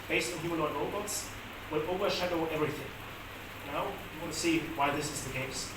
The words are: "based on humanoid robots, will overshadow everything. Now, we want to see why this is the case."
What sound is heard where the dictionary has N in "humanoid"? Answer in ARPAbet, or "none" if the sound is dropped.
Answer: L